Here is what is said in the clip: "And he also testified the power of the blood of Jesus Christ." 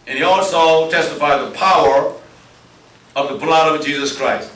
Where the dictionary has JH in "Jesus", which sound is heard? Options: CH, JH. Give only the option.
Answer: JH